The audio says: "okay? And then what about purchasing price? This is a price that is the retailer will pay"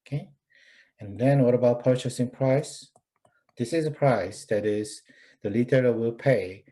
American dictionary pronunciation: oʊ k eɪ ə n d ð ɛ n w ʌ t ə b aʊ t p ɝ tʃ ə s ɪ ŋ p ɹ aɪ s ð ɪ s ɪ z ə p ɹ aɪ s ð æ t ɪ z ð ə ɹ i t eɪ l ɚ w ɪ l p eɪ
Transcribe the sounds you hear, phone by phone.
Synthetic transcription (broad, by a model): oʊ k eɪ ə n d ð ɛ n w ʌ t ə b aʊ t p ɝ tʃ ə s ɪ ŋ p ɹ aɪ s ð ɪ s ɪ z ə p ɹ aɪ s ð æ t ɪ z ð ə l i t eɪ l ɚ w ɪ l p eɪ